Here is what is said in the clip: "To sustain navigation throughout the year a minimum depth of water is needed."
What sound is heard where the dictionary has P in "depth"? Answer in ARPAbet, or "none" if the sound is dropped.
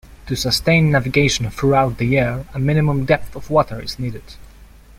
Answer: P